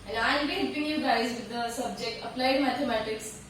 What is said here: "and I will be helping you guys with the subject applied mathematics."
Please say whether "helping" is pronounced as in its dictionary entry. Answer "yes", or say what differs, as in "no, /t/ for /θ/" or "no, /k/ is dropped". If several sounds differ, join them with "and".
no, /l/ is dropped